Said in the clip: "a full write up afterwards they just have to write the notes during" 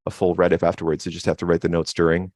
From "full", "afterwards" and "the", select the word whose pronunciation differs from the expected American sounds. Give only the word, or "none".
none